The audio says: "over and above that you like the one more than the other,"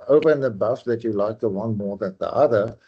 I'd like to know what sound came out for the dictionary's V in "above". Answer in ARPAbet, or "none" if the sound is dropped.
F